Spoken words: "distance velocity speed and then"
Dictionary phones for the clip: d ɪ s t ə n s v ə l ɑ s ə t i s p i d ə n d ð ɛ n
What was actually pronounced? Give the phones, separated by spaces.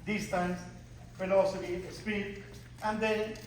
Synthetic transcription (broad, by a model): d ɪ s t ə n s f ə l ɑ s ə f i s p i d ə n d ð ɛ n